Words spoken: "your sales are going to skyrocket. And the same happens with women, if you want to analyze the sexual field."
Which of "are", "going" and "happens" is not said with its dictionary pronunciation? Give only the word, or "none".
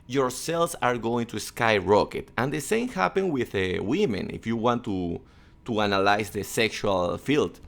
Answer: happens